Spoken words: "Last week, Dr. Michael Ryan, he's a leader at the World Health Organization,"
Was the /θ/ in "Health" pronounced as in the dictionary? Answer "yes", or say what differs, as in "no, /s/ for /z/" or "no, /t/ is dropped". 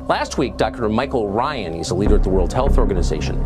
yes